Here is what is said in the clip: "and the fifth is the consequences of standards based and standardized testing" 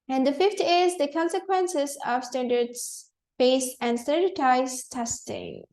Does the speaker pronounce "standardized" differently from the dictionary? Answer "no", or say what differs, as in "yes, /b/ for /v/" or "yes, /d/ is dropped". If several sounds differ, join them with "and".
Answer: yes, /n/ is dropped